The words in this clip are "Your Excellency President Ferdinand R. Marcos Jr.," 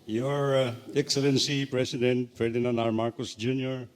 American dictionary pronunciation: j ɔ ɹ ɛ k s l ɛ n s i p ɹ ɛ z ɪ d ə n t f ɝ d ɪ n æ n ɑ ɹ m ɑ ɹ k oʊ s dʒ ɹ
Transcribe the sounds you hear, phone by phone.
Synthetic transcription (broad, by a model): j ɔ ɹ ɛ k s l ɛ n s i p ɹ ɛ s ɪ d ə n t f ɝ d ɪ n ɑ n ɑ ɹ m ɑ ɹ k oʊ s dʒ ɹ